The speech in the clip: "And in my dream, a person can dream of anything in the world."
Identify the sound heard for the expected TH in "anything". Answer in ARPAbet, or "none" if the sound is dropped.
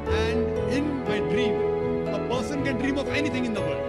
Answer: T